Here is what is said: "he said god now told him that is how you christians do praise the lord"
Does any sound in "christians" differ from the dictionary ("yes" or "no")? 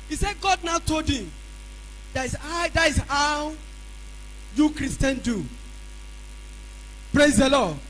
yes